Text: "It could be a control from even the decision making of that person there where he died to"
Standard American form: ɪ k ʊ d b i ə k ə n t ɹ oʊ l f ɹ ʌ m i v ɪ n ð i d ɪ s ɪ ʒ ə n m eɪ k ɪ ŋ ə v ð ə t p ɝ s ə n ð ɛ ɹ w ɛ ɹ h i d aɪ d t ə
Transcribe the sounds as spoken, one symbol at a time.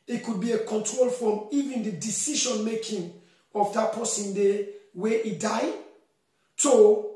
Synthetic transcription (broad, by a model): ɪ k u d b i ə k ə n t ɹ oʊ l f ɹ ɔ m i v ɪ n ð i d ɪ s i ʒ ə n m eɪ k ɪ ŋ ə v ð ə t p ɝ s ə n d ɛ w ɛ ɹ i d aɪ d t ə